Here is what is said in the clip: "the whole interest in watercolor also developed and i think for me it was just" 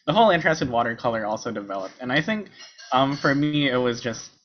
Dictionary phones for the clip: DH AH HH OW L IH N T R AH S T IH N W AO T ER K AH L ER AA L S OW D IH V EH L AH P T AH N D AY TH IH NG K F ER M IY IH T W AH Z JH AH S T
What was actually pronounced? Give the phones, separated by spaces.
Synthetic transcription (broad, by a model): DH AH HH OW L IH N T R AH S T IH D W AO T ER K AH L ER AA L S OW D IH V EH L AH P T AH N AY TH IH NG K F ER M IY IH T W AH Z JH AH S T